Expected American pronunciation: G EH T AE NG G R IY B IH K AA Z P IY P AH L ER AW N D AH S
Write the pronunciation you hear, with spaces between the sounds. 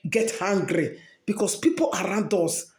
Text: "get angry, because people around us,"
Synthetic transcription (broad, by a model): G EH T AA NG G R IY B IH K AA S P IY P AH L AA AW N D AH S